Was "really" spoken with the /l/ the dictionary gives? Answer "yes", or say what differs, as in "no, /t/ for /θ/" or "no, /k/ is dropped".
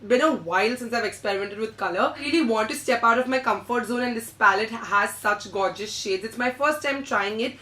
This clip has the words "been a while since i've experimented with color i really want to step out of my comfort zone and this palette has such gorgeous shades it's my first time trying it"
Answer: no, /n/ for /l/